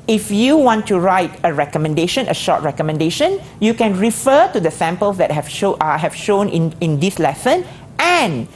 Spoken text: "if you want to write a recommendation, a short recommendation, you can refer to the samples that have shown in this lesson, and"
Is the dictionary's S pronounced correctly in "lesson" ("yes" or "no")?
yes